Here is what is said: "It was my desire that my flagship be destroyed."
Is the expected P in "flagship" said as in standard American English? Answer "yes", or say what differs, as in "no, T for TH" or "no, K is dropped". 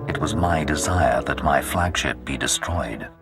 yes